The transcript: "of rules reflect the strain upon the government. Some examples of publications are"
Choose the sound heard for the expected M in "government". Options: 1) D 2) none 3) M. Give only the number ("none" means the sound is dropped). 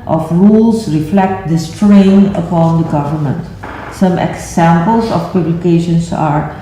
3